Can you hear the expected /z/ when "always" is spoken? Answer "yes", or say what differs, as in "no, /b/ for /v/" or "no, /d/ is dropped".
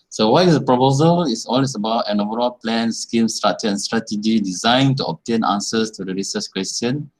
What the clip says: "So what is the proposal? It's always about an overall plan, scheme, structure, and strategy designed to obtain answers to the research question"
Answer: no, /s/ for /z/